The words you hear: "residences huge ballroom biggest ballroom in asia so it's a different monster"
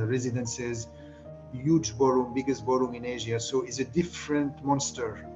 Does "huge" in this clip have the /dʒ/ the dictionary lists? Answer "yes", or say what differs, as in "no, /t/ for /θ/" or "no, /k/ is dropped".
yes